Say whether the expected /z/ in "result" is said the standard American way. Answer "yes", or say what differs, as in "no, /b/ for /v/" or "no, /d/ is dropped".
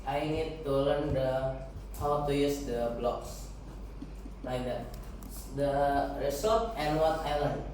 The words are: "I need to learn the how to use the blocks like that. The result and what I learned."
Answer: no, /s/ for /z/